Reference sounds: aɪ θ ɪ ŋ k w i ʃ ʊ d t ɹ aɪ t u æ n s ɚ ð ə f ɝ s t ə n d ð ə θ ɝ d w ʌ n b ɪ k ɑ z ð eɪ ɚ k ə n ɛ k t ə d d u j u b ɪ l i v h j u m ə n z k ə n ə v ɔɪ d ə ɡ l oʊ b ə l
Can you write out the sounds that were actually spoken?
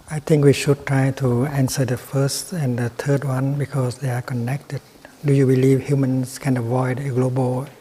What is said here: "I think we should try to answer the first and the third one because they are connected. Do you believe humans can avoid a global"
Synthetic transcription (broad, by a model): aɪ t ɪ ŋ k w i ʃ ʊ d t ɹ aɪ t u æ n s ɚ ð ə f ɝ s t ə n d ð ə t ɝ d w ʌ n b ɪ k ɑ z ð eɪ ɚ k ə n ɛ k t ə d d u j u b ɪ l i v h j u m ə n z k ə n ə v ɔɪ d ə ɡ l oʊ b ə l